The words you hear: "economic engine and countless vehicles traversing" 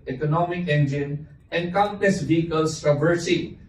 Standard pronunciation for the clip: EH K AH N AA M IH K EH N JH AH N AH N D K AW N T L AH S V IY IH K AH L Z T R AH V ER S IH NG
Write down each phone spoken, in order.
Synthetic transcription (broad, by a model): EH K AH N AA M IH K EH N JH AH N AH N D K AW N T AH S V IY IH K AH L S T R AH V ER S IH